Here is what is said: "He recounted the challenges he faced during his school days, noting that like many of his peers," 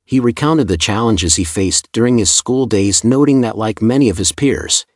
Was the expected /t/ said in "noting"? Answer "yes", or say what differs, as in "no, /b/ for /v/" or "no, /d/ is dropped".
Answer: yes